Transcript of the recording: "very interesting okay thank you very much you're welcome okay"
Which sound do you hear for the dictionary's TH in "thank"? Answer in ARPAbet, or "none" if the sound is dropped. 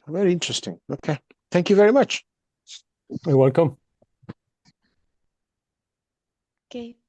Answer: TH